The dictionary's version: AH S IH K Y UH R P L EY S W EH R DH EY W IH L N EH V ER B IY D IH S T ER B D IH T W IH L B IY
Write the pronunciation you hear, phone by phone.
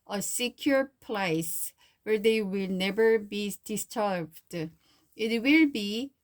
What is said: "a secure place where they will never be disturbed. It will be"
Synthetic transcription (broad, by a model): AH S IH K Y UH R P L EY S W EH R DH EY W IH L N EH V ER B IY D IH S T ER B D IH T W IH L B IY